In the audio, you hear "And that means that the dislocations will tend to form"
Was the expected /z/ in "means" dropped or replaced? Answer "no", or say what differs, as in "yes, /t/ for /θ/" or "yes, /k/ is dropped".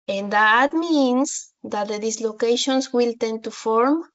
yes, /s/ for /z/